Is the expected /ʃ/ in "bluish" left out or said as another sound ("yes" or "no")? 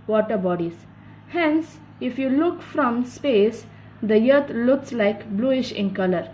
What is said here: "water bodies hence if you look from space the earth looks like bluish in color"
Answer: no